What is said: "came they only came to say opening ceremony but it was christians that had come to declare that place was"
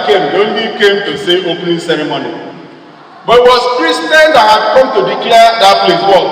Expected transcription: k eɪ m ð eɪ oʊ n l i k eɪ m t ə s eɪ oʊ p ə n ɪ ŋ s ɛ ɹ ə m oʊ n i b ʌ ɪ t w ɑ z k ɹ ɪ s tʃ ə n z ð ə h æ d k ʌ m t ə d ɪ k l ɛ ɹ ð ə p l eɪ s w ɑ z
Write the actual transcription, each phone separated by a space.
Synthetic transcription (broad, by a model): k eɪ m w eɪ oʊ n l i k eɪ m t ə s eɪ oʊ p n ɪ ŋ s ɛ ɹ ə m oʊ n i b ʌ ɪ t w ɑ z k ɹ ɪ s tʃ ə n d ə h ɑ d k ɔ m t ə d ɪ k i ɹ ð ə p l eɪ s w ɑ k